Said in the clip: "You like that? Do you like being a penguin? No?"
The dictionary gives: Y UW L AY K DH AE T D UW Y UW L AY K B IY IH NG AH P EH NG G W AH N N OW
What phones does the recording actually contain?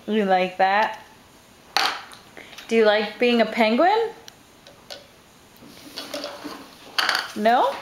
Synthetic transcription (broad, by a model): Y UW L AY K DH AE T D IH Y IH L AY K B IY IH NG AH P EH NG G W AH N N OW